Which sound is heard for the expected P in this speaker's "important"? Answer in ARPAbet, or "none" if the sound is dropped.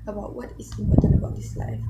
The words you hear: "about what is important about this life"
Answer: none